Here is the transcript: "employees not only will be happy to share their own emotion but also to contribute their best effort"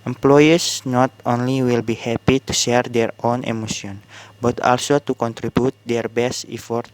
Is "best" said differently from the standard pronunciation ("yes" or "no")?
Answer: no